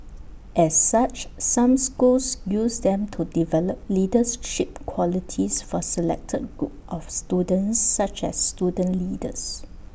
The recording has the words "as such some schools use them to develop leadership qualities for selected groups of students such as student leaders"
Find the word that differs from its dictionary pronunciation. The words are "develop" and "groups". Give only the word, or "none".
groups